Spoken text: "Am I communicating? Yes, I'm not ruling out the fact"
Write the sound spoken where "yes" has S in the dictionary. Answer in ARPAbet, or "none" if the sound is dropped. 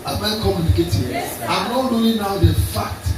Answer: none